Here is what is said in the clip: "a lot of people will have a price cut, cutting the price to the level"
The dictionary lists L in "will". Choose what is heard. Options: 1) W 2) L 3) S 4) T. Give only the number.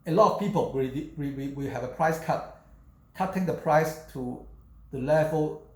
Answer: 1